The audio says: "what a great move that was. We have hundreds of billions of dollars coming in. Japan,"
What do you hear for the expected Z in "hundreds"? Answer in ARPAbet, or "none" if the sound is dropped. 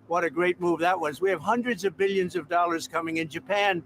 Z